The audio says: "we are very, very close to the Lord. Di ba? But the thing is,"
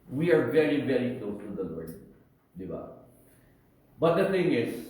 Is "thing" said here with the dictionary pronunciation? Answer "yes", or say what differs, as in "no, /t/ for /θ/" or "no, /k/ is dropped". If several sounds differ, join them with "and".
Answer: no, /t/ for /θ/